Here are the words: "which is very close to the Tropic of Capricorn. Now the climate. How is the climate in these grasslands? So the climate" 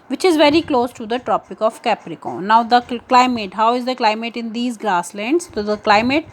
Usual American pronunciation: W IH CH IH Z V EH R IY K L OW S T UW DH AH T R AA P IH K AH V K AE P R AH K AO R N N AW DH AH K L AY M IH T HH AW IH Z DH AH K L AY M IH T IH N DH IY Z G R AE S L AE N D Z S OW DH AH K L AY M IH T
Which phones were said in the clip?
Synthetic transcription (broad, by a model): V IH CH IH Z V EH R IY K L OW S T UW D AH T R AA P IH K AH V K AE P R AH K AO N N AW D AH K L AY M IH T HH AW IH Z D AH K L AY M IH T IH N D IY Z G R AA S L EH N D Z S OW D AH K L AY M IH T